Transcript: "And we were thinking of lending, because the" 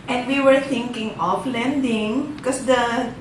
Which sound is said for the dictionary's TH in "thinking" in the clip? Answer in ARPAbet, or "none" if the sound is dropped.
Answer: T